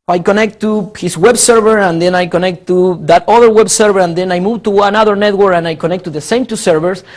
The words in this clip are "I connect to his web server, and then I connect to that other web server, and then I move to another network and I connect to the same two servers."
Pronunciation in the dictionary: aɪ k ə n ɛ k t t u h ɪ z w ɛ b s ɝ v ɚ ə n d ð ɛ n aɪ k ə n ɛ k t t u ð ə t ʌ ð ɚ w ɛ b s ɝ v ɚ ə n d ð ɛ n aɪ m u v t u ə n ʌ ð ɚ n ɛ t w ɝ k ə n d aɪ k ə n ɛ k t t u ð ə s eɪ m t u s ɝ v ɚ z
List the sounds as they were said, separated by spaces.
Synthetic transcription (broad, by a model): aɪ k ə n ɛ k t t u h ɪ s w ɛ b s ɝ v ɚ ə n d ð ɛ n aɪ k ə n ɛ k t t u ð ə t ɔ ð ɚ w ɛ b s ɝ v ɚ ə n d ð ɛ n aɪ m u v t u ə n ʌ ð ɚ n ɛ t w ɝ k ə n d aɪ k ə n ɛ k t t u ð ə s eɪ m t u s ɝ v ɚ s